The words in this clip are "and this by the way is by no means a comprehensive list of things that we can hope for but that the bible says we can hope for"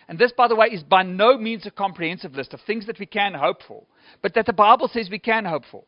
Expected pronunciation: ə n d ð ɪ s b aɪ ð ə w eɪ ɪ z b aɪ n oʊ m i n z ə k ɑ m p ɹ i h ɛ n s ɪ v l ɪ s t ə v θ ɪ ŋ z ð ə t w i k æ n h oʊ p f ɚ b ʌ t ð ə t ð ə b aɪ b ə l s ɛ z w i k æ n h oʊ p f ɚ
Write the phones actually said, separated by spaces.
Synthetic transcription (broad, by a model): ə n ð ɪ s b aɪ ð ə w eɪ ɪ z b aɪ n oʊ m i n z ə k ɑ m p ɹ i h ɛ n s ɪ v l ɪ s t ə v θ ɪ ŋ z ð ə t w i k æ n h oʊ p f ɚ b ʌ t ð ə t ð ə b aɪ b ə l s ɛ z w i k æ n h oʊ p f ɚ